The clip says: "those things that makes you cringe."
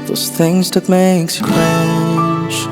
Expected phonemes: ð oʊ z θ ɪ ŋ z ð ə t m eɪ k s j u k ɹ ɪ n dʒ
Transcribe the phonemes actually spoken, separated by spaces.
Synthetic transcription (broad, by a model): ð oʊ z θ ɪ ŋ z ð ə t m eɪ k s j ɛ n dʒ